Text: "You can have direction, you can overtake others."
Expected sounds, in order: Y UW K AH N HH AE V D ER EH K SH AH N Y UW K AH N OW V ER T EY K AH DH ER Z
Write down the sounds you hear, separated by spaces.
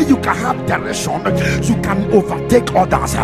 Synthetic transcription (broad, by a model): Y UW K AH N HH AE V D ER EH SH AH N Y UW K AH N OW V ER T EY K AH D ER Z